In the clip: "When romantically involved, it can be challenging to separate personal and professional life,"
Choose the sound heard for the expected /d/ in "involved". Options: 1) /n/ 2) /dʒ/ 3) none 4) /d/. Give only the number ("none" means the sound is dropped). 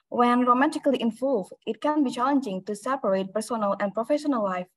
3